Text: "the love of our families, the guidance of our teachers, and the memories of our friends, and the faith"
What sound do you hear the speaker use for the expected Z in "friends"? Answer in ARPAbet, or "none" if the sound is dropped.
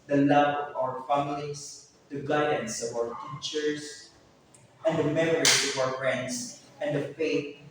S